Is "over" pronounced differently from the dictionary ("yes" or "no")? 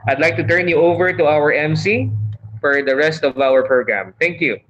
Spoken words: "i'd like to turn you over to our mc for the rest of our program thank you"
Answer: no